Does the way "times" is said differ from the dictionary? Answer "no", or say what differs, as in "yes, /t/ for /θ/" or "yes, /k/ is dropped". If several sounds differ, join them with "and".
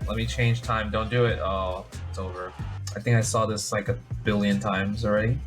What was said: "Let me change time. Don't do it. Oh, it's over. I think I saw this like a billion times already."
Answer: no